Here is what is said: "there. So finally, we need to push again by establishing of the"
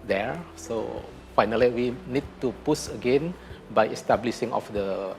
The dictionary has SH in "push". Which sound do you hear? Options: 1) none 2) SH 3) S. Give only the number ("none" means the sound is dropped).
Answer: 3